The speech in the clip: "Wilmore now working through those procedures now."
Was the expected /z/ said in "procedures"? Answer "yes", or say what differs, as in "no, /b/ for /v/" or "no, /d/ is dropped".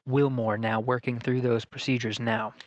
yes